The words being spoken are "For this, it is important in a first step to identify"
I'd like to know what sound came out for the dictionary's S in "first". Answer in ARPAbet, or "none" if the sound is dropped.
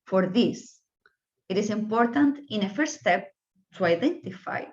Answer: none